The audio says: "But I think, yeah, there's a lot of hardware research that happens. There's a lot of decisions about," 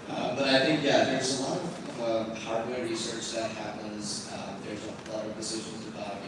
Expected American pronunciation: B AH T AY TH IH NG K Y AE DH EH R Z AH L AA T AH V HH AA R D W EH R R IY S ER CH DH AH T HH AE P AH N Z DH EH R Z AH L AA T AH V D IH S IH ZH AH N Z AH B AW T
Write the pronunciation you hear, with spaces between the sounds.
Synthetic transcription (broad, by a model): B AH T AY TH IH NG K Y AE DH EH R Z AH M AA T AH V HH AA R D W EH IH R IY S ER CH DH AH T HH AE P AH N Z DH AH R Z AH L AA T AH V D IH S IH ZH AH N Z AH B AW T